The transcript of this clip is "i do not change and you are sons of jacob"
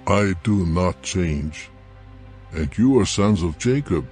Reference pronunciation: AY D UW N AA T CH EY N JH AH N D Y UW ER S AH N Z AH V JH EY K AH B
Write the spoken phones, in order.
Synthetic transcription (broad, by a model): AY D UW N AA T CH EY N JH AH N D Y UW ER S AH N Z AH V JH EY K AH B